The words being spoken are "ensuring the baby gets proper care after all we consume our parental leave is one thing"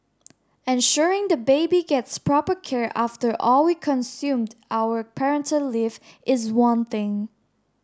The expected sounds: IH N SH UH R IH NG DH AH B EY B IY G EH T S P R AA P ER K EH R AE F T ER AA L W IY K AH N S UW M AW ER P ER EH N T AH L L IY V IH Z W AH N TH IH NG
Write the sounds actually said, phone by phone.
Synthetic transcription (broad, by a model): IH N SH UH R IH NG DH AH B EY B IY G EH T S P R AA P ER K EH R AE F T ER AA L W IY K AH N S UW M AW ER P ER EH N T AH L L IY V IH Z W AH N TH IH NG